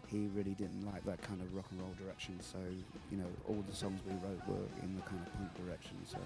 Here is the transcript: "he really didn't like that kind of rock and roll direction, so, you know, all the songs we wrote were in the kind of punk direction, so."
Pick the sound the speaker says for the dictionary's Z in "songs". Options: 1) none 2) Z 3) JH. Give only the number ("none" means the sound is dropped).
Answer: 2